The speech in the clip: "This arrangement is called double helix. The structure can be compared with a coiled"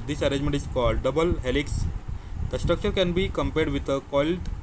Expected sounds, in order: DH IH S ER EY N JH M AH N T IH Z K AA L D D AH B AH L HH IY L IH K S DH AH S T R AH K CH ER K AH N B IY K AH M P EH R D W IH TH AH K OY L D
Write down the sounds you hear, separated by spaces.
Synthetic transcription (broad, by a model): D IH S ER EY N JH M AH N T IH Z K AA L D D AH B AH L HH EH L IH K S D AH S T R AH K CH ER K AH N B IY K AH M P EH R D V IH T AH K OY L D